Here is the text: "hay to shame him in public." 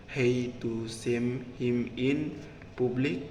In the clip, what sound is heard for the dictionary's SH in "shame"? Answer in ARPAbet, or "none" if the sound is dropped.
S